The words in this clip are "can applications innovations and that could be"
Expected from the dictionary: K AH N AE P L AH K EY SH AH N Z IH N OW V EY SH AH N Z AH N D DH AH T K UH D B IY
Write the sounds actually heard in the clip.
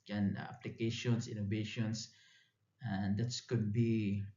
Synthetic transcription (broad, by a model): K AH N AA P L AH K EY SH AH N S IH N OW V EY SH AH N S AH N D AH T K UH D B IY